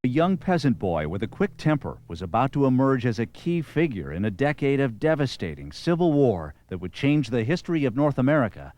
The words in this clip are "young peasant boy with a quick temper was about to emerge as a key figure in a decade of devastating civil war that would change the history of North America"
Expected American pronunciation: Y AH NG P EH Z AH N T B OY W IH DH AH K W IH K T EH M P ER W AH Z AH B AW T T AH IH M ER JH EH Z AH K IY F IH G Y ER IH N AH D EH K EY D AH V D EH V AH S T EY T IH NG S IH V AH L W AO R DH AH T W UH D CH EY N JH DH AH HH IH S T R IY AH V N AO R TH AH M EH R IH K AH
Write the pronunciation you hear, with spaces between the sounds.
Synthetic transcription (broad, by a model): Y AH NG P EH Z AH N B OY W IH DH AH K W IH K T EH M P ER W AH Z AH B AW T T AH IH M ER JH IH Z AH K IY F IH G Y ER IH N AH D EH K EY D AH V D EH V AH S T EY T IH NG S IH V L W AO R DH AH T W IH D CH EY N JH DH AH HH IH S T R IY AH V N AO R TH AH M EH R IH K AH